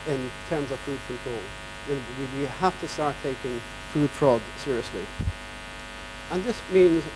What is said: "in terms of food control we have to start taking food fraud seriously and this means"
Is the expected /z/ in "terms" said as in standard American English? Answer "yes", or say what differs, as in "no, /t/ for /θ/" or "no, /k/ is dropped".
yes